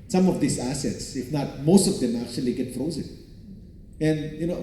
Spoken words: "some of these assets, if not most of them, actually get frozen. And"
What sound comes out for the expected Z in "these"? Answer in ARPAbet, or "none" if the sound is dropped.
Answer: S